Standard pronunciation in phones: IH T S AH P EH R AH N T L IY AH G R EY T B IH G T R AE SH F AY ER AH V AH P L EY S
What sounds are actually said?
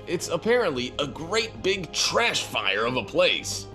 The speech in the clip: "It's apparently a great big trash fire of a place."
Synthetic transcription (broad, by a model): IH T S AH P EH R AH N T L IY AH G R EY T B IH G T R AE SH F AY ER AH V AH P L EY S